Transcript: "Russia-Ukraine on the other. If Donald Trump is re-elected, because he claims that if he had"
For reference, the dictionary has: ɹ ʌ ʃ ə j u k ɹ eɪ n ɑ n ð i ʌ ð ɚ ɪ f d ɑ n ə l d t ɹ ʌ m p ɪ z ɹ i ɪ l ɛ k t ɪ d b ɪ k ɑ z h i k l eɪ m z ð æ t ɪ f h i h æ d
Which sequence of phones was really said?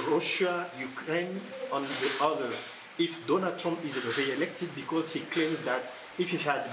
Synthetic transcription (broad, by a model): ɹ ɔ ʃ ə j u k ɹ eɪ n ɑ n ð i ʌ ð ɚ ɪ f d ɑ n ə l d t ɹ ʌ m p ɪ z ɹ i ɪ l ɛ k t ɪ d b ɪ k ɑ z h i k l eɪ m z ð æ t ɪ f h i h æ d